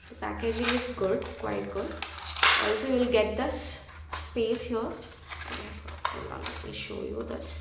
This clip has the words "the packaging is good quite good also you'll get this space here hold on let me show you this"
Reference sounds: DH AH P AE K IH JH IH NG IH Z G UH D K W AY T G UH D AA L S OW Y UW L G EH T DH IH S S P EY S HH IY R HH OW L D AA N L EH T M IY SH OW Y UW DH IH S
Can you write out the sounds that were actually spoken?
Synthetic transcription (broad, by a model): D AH P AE K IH JH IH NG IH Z G UH D K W AY T G UH D AA L S OW Y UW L G EH T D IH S S P EY S HH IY R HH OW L AA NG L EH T M IY SH OW Y UW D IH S